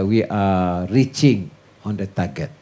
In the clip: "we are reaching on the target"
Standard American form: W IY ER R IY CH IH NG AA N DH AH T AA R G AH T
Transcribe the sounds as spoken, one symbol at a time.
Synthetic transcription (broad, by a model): W IY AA R IY CH IH NG AA N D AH T AA G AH T